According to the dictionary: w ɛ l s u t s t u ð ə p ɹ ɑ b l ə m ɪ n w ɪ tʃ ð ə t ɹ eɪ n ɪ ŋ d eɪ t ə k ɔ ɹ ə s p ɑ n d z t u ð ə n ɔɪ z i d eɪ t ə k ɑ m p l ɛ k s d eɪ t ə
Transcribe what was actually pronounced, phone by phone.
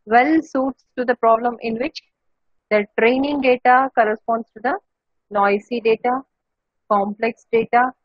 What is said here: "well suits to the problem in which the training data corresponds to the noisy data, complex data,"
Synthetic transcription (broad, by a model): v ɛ l s u t s t u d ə p ɹ ɑ b l ə m ɪ n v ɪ tʃ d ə t ɹ eɪ n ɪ ŋ d eɪ t ə k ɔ ɹ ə s p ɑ n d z t u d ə n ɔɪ s i d eɪ t ə k ɑ m p l ɛ k s d eɪ t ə